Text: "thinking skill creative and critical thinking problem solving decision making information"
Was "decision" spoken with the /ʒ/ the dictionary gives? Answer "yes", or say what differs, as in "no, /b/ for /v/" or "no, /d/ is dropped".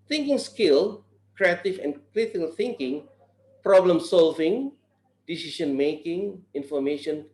no, /ʃ/ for /ʒ/